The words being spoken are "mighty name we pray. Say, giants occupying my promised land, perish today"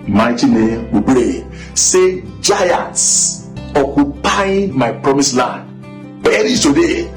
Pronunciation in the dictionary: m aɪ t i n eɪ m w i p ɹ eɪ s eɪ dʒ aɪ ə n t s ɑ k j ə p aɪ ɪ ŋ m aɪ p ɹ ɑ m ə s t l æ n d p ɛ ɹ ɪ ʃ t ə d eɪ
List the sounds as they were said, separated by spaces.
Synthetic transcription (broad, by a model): m aɪ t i n eɪ m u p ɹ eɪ s eɪ dʒ aɪ ə n t s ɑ k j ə p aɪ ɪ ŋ m aɪ p ɹ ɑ m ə s l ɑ n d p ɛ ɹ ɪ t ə d eɪ